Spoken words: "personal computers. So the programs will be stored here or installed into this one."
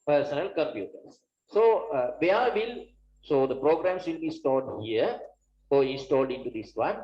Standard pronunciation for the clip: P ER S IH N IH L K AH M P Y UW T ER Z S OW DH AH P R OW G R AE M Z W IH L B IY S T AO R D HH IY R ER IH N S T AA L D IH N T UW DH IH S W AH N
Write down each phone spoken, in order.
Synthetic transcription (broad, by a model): P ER S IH N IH L K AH M P Y UW T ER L S OW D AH P R OW G R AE M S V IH L B IY S T AO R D HH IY R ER IH N S T AA L D IH N T UW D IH S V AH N